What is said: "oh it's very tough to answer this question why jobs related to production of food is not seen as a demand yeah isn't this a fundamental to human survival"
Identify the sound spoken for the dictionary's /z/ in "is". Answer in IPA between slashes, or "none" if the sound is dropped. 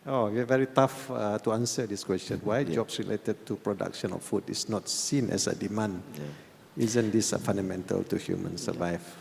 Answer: /s/